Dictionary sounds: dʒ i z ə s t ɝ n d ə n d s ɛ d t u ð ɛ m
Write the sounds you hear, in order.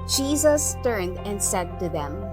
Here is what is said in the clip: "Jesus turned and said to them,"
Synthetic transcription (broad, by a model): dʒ i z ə s t ɝ n d ə n d s ɛ d t u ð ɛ m